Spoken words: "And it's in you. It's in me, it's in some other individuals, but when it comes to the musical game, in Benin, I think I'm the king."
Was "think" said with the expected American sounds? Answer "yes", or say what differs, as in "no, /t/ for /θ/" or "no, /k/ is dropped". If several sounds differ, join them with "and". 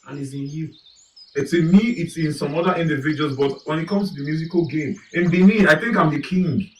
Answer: yes